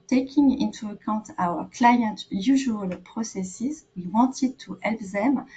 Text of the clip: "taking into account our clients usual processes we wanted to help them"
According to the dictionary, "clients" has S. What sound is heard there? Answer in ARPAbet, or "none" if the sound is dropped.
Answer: none